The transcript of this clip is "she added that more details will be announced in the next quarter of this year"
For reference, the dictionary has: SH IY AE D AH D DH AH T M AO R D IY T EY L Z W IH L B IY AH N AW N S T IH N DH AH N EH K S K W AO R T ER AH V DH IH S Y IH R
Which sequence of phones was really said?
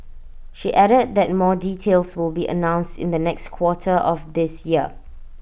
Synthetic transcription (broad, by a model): SH IY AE D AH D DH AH T M AO D IY T EY L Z W IH L B IY AH N AW N S T IH N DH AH N EH K S K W AO T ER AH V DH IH S Y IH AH